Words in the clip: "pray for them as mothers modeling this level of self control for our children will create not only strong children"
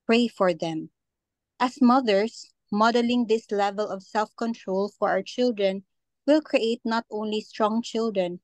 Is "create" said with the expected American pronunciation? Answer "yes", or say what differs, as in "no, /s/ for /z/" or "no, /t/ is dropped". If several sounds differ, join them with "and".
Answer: yes